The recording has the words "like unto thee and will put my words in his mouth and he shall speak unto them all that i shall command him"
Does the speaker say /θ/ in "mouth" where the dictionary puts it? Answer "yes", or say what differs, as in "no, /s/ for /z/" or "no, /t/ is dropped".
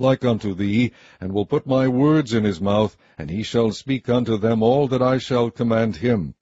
yes